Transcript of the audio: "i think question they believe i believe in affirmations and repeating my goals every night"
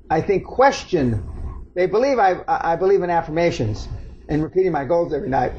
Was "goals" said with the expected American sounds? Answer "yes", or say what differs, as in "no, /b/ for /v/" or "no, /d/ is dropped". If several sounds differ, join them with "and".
yes